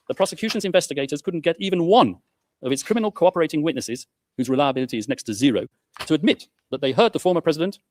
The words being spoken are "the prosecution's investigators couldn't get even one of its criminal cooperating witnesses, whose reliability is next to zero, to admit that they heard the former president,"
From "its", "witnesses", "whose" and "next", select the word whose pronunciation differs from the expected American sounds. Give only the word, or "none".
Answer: none